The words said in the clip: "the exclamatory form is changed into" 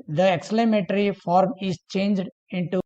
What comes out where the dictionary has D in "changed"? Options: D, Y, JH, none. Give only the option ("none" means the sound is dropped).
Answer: D